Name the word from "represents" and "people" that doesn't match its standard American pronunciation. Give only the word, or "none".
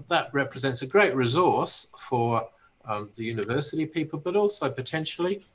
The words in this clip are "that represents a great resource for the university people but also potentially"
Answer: none